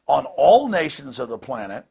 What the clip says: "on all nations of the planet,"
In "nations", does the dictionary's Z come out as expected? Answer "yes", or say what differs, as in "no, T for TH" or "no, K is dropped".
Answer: yes